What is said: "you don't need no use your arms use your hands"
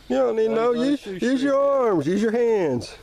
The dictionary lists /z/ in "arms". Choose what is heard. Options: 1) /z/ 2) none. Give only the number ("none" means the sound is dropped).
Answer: 1